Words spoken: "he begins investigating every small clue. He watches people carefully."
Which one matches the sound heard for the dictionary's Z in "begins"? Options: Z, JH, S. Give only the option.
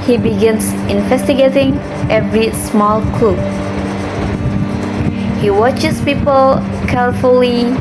S